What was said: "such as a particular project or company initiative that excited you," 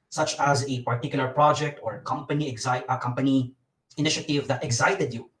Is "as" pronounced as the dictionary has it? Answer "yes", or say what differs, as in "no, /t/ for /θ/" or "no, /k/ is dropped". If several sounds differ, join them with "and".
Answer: yes